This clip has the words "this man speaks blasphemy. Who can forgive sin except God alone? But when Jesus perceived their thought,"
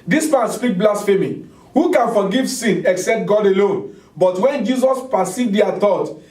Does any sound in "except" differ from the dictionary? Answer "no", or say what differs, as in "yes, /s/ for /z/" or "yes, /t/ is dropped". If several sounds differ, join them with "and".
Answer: no